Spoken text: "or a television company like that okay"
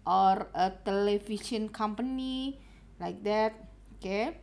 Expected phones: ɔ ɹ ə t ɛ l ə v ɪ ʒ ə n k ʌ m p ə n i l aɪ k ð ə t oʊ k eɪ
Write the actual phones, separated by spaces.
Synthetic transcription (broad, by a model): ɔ ɹ ə t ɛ l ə f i s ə n k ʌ m p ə n i l aɪ k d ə t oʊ k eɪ